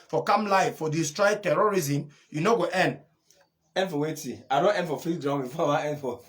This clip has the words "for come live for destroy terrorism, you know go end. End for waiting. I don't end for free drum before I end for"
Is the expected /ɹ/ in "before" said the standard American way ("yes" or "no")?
no